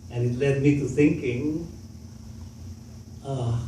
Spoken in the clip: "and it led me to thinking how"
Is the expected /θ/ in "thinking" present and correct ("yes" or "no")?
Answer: no